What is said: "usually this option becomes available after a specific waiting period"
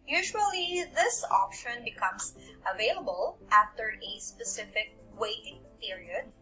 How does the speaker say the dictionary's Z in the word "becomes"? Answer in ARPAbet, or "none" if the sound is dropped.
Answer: S